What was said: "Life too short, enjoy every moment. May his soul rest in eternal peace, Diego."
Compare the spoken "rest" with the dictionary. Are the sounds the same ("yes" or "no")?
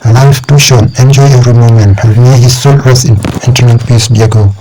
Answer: no